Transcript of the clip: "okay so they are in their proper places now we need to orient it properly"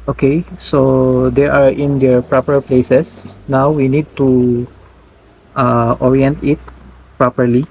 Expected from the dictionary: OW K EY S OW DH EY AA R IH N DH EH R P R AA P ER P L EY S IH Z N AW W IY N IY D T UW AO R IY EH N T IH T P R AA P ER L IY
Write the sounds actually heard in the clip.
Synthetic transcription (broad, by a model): OW K EY S OW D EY AA R IH N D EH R P R AA P ER P L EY S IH S N AW W IY N IY D T UW AO R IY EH N T IH T P R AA P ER L IY